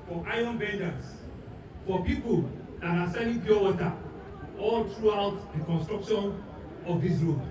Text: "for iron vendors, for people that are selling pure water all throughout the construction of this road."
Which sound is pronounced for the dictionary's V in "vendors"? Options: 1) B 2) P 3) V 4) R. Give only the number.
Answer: 1